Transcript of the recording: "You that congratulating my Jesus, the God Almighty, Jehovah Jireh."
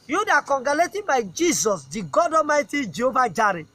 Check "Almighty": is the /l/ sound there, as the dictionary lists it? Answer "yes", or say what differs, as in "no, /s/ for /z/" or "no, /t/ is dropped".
no, /l/ is dropped